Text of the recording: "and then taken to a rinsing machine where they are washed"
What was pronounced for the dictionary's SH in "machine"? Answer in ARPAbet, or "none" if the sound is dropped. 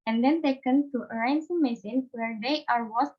S